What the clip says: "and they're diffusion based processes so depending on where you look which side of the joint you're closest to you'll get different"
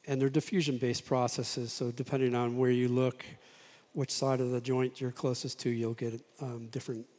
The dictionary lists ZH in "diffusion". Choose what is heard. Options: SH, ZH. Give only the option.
ZH